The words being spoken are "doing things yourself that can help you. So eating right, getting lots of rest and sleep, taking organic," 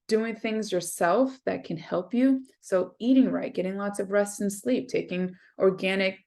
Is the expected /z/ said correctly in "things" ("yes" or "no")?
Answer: yes